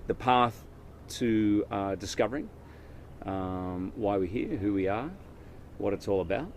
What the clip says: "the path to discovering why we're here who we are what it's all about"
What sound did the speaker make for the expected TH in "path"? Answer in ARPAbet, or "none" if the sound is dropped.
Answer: TH